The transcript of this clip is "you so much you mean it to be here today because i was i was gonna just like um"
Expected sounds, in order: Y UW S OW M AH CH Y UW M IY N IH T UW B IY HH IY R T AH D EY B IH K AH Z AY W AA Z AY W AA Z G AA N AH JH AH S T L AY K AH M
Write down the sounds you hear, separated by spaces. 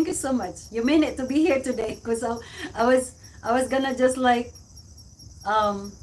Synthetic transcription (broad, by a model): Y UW S OW M AH CH Y UW M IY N IH T UW B IY HH IY R T AH D EY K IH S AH AY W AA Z AY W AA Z G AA N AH JH AH S T L AY K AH M